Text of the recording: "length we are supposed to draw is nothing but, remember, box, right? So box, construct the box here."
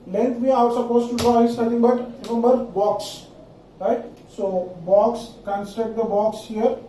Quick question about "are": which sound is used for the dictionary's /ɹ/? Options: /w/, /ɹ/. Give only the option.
/w/